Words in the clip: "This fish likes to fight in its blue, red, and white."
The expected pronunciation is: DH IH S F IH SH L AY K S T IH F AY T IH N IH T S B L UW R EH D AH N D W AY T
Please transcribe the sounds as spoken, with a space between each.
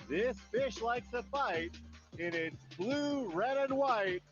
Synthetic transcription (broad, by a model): DH IH S F IH SH L AY K S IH F AY T IH N IH T S B L UW R EH D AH N W AY T